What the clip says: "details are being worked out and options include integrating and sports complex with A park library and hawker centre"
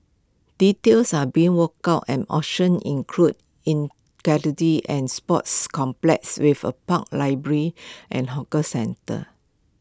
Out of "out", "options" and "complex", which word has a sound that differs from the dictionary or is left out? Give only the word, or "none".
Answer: options